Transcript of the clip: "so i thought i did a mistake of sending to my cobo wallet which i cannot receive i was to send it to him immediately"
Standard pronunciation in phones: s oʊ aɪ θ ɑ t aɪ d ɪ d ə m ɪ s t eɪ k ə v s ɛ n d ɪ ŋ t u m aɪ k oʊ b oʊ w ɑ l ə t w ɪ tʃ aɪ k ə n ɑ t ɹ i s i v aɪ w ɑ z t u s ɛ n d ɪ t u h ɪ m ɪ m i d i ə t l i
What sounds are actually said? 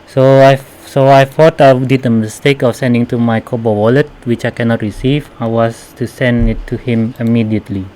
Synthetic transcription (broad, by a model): s oʊ aɪ f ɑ t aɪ d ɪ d ə m ɪ s t eɪ k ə f s ɛ n d ɪ ŋ t u m aɪ k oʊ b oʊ w ɑ l ə t w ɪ tʃ aɪ k ə n ɑ t ɹ i s i v aɪ w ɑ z t u s ɛ n d ɪ t u h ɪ m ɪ m i d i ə t l i